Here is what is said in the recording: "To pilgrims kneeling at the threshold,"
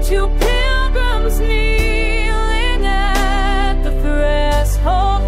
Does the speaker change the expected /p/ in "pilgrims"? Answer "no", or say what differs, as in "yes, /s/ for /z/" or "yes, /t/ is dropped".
no